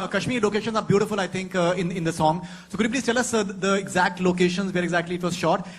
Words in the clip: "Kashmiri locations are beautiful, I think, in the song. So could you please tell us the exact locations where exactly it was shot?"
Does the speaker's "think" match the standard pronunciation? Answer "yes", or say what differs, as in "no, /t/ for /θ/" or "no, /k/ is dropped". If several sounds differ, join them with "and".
no, /t/ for /θ/